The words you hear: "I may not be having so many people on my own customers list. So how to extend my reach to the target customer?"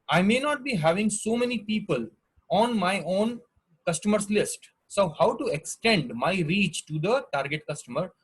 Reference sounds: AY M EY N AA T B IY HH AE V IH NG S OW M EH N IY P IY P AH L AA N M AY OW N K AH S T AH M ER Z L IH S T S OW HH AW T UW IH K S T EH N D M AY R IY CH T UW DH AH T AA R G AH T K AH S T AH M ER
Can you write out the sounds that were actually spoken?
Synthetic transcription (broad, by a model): AY M EY N AA T B IY HH AE V IH NG S OW M EH N IY P IY P AH L AA N M AY OW N K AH S T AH M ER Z L IH S T S OW HH AW T UW IH K S T EH N D M AY R IY CH T UW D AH T AA R G AH T K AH S T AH M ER